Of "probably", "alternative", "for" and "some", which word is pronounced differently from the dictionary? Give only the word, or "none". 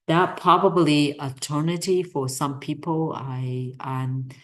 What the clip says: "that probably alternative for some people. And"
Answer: alternative